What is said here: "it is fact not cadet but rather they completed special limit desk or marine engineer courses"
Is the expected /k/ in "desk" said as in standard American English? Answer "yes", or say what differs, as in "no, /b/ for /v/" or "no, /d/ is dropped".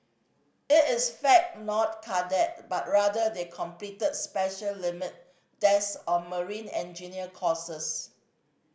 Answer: no, /k/ is dropped